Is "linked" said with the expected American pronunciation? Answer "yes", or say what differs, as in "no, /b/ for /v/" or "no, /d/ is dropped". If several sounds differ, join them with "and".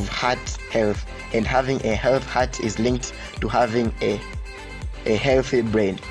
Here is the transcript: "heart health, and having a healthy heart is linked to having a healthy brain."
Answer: yes